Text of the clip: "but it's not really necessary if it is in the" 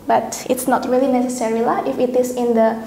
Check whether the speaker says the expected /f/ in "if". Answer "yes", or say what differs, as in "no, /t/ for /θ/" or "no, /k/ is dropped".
yes